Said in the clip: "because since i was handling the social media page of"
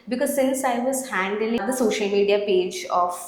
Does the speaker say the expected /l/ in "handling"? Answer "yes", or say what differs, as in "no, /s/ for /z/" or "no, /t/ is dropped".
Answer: no, /l/ is dropped